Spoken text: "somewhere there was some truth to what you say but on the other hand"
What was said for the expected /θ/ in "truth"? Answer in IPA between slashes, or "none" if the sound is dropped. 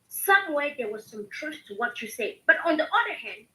/s/